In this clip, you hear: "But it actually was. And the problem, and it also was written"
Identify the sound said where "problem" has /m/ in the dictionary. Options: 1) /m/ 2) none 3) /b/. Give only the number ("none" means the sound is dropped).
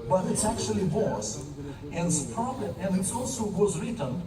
2